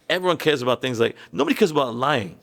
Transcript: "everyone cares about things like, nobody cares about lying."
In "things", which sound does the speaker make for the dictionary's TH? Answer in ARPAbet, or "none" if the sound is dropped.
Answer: TH